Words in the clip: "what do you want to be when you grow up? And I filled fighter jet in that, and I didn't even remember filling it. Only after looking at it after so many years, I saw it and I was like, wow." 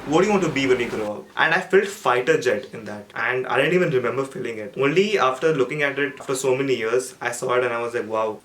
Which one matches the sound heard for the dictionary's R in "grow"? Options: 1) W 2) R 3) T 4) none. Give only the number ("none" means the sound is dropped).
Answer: 2